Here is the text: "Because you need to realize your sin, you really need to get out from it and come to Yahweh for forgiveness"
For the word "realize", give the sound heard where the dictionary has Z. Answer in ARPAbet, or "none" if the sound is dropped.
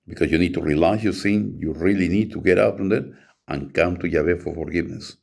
S